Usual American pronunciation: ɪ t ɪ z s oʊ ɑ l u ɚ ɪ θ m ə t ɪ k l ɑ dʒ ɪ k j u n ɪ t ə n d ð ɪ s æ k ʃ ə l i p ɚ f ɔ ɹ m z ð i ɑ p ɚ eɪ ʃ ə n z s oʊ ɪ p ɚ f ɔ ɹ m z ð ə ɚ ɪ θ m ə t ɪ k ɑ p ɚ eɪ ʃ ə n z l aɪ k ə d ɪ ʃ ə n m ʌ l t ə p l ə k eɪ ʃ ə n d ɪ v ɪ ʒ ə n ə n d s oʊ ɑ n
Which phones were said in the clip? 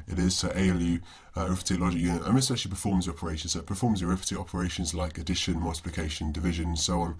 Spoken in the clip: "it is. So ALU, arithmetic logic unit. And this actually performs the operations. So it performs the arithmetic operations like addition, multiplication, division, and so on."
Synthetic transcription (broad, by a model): ɪ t ɪ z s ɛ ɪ l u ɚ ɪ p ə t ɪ l ɑ dʒ ɪ k j u n ɪ t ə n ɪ s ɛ ʃ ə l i p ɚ f ɔ m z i ɑ p ɚ eɪ ʃ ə n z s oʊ ɪ p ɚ f ɔ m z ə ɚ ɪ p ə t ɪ ɑ p ɚ eɪ ʃ ə n z l aɪ k ə d ɪ ʃ ə n m ʌ l t ə p l ə k eɪ ʃ ə n d ɪ v ɪ ʒ ə n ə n s oʊ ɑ n